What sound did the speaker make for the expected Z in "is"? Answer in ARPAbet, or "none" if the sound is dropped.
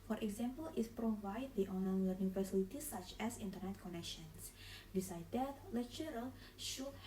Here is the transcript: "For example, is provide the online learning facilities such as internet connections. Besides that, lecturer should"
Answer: S